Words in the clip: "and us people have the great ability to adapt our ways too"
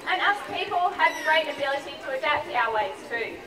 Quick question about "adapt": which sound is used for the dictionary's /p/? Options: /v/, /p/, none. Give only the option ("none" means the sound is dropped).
/p/